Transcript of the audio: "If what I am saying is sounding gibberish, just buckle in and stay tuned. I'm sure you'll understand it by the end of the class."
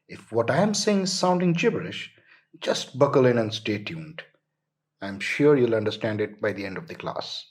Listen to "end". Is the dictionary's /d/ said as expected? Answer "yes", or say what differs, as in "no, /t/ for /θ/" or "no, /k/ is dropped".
yes